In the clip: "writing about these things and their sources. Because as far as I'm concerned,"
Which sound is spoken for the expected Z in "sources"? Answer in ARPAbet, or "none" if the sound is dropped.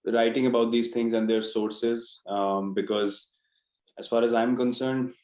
Z